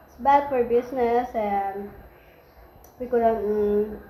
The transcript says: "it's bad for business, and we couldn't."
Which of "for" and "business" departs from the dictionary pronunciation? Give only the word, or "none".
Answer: business